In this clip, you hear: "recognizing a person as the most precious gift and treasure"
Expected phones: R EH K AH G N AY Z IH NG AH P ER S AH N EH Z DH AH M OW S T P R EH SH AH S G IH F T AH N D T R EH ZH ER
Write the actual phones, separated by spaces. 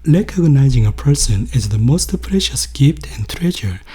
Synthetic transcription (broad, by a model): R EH K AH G N AY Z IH NG AH P ER S AH N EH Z DH AH M OW S T P R EH SH AH S G IH F T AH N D T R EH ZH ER